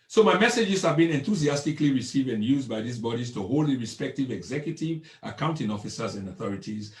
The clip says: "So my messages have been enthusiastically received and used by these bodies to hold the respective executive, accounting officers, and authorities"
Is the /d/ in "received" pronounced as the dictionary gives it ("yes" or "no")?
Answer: yes